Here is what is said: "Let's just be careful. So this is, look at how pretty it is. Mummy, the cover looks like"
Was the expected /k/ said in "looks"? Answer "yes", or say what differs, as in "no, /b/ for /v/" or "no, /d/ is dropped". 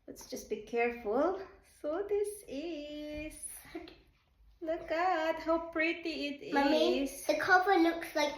yes